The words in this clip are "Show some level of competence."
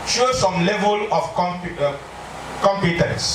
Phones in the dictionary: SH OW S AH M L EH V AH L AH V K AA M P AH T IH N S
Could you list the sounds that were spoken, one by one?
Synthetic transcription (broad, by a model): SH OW S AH M L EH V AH L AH P K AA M P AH T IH N S